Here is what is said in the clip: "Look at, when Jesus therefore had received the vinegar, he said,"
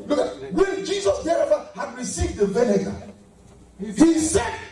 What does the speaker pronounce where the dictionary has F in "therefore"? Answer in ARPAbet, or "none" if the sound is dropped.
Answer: none